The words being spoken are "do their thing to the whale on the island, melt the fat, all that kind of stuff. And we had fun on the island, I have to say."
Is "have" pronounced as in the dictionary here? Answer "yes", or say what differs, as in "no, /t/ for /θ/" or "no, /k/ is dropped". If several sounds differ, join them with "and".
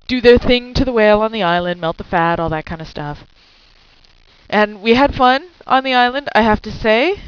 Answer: no, /f/ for /v/